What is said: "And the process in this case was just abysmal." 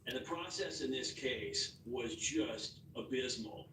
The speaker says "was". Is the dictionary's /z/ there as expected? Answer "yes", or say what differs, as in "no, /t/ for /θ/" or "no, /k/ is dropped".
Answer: yes